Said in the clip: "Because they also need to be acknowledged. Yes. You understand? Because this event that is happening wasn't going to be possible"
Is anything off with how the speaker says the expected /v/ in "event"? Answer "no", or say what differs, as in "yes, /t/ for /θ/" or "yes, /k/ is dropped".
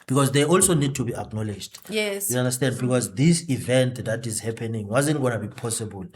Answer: no